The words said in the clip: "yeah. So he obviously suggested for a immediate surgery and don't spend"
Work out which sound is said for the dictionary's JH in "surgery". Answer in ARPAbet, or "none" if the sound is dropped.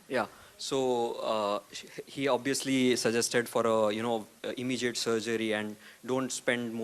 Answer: JH